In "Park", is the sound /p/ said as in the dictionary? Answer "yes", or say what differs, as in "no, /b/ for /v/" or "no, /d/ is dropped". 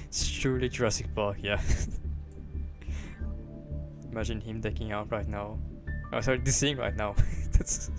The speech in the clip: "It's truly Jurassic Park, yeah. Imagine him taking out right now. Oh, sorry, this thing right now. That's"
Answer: no, /b/ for /p/